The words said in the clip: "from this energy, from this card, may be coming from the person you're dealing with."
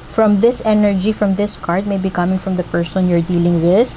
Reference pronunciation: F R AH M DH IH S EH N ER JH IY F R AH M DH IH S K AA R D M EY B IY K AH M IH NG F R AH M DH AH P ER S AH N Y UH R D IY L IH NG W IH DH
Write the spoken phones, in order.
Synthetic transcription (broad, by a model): F R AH M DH IH S EH N ER JH IY F R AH M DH IH S K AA R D M EY B IY K AH M IH NG F R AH M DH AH P ER S AH N Y UH R D IY L IH NG W IH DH